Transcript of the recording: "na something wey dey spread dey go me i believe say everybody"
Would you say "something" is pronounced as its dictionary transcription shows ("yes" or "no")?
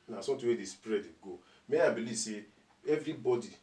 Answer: no